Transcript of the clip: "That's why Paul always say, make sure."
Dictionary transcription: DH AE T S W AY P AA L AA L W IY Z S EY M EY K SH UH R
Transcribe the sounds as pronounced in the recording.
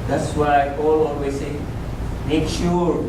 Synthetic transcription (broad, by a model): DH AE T S W AY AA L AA N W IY S EY M EY K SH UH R